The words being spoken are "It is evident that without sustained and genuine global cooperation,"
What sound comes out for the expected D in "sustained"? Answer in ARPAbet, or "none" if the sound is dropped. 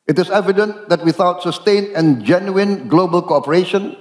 none